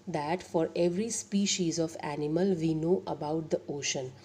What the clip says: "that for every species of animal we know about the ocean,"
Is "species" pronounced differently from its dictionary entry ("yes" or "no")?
no